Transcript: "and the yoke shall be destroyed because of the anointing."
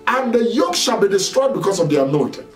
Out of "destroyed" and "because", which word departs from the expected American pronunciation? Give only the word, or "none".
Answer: because